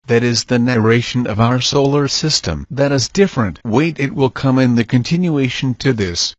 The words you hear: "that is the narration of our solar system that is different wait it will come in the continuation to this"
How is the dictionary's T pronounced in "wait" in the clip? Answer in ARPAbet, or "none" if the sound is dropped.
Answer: T